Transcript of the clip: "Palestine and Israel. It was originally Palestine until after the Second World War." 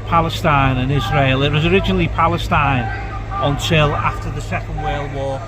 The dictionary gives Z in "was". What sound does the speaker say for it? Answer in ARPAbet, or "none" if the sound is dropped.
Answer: Z